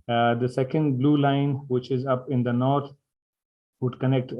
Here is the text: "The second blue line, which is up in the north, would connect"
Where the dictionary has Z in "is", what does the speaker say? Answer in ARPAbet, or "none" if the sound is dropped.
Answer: Z